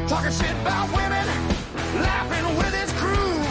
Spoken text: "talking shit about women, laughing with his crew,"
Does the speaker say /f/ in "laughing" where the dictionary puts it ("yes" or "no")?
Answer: yes